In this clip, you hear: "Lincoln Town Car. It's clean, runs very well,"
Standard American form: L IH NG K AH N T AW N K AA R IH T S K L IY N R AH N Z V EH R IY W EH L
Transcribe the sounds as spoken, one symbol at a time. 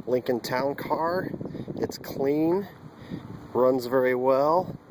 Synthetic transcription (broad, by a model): L IH NG K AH N T AW N K AA R IH T S K L IY N R AH N Z V EH R IY W EH L